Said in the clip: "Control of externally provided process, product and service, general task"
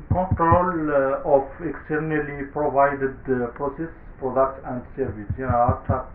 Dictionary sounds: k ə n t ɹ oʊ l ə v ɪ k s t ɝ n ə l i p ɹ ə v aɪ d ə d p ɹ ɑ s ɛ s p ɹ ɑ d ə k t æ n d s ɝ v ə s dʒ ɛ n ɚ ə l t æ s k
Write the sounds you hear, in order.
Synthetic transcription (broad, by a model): k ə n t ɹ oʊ l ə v ɪ k s t ɝ n ə l i p ɹ ə v aɪ d ə d p ɹ ɑ s ɛ s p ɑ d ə t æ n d s ɝ v ə s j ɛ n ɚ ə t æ